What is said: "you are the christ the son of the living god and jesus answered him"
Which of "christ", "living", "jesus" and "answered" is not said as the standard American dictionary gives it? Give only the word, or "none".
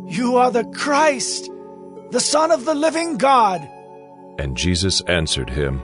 none